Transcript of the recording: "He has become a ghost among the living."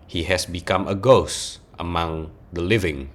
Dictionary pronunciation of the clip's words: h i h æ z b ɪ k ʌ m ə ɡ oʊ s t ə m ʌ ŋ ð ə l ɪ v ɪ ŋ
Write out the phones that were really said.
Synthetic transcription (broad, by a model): h i h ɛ s b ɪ k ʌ m ə ɡ oʊ s t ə m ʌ ŋ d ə l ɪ v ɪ ŋ